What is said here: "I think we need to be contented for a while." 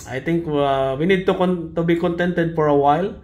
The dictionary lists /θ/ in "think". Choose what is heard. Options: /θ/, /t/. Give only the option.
/t/